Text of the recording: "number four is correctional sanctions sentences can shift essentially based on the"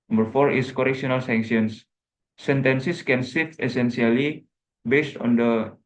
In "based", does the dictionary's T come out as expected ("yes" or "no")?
yes